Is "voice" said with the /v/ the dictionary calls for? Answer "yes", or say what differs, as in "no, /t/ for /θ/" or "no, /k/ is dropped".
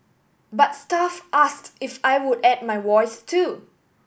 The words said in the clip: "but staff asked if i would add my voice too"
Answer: no, /w/ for /v/